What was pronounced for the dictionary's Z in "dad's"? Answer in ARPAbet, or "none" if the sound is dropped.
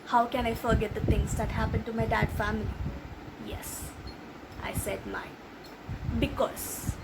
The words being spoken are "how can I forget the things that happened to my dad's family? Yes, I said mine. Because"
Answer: none